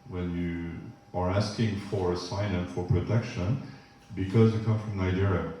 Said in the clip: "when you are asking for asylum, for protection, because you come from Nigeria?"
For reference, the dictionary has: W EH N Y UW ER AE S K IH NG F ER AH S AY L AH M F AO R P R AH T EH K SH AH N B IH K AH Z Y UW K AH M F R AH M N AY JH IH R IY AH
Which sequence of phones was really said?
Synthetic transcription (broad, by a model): W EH N Y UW ER AE S K IH NG F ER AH S AY N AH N F AO R P R AH T EH K SH AH N B IH K AH Z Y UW K AH M F R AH M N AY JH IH R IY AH